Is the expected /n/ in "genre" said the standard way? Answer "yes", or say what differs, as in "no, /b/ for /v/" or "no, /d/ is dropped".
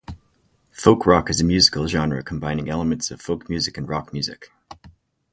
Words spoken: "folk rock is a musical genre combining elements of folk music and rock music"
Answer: yes